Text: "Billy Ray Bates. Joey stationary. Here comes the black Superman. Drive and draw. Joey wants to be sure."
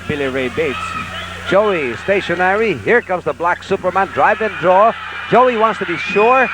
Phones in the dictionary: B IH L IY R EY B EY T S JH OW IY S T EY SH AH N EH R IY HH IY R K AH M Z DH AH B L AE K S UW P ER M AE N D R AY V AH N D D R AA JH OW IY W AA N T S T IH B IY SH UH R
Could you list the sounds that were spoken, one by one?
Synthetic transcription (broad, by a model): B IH L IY R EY B EY T S JH OW IY S T EY SH AH N EH R IY HH IY R K AH M Z DH AH B L AE K S UW P ER M AE N D R AY V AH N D D R AA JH OW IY W AA N T S T IH B IY SH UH R